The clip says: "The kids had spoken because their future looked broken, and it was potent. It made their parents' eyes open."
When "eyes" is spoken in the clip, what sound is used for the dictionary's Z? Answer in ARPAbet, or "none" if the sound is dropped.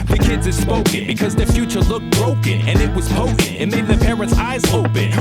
Z